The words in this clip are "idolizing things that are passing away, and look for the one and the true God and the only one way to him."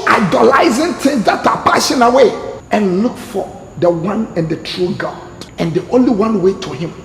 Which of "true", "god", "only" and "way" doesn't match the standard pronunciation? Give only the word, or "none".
none